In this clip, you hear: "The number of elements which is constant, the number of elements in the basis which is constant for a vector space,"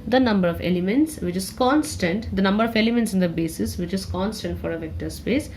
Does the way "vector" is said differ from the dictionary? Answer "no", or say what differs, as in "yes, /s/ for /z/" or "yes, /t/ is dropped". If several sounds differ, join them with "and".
no